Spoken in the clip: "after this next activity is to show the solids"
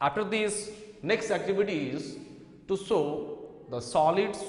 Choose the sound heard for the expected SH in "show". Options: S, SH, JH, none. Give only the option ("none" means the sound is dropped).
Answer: S